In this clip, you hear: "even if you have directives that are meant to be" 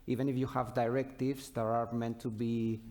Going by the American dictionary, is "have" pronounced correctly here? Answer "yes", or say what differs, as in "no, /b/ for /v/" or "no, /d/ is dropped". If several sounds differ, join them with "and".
yes